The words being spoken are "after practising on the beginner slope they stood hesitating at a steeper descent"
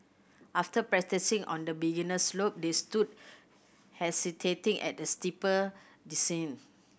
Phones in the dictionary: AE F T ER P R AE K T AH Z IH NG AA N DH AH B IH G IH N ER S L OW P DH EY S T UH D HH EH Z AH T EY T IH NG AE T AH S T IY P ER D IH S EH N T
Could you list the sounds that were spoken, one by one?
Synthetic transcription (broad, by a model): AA F T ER P R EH T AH S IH NG AA N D AH B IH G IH N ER S L OW P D EY S T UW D HH EH S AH T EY T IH NG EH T AH S T IY P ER D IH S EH N